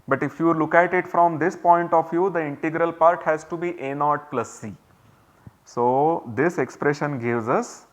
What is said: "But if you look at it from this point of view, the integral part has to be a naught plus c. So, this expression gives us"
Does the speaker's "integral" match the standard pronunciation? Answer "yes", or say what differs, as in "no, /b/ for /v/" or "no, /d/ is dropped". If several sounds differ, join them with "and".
yes